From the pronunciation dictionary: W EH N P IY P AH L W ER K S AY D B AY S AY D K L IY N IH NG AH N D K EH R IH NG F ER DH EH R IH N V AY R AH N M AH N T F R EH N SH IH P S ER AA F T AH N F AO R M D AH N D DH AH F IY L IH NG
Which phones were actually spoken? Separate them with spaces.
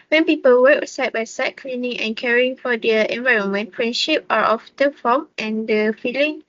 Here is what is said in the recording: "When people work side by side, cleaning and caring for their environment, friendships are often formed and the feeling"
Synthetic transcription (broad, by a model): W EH N P IY P AH L W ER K S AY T B AY S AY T K L IY N IH NG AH N K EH R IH NG F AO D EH IH N V AY R AH N M AH N T F R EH N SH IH P AA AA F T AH F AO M AH N D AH F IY L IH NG